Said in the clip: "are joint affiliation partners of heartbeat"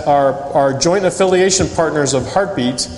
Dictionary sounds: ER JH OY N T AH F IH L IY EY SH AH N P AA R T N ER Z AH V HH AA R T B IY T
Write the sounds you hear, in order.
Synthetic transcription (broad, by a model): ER JH OY N T AH F IH L IY EY SH AH N P AA R T N ER Z AH V HH AA R T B IY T